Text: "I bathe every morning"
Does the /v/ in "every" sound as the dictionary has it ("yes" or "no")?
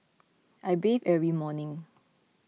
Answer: no